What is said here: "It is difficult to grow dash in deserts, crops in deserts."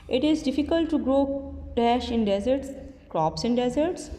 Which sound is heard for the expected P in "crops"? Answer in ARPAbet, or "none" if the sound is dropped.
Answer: P